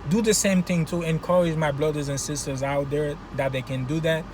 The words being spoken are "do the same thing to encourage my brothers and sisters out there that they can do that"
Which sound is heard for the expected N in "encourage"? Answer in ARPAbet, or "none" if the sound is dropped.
N